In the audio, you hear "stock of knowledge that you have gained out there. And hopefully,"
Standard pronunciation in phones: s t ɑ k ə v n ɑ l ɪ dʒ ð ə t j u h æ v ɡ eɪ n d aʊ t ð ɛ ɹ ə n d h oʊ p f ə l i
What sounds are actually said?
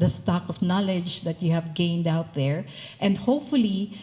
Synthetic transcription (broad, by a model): s t ɑ k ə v n ɑ l ɪ dʒ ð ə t j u h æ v ɡ eɪ n d aʊ t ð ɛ ɹ ə n d h oʊ p f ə l i